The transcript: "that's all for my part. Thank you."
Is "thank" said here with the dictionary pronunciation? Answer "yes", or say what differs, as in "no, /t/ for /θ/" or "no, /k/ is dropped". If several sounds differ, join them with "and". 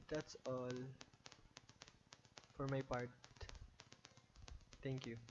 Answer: no, /t/ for /θ/